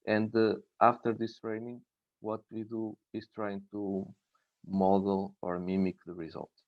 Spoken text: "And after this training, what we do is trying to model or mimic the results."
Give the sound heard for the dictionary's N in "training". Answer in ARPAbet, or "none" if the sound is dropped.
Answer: N